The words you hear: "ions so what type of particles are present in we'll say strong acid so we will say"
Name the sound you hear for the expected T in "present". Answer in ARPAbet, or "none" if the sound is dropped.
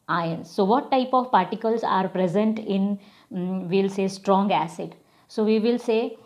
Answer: T